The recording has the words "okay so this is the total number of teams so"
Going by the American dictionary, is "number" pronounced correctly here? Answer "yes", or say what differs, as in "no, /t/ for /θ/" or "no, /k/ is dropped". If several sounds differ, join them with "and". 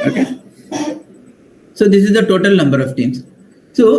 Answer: yes